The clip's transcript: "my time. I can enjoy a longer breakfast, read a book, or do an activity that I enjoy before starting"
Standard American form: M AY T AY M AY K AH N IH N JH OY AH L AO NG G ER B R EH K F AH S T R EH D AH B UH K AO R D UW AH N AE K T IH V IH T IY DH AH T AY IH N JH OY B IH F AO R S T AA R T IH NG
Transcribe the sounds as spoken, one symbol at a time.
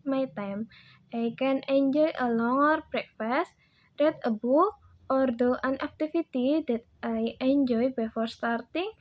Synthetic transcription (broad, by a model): M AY T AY M AY K AH N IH N JH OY AH L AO NG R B R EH K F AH S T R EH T AH B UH AO R D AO AH N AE K T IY F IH T IY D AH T AY IH N JH OY B IH F AO R S T AA R T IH NG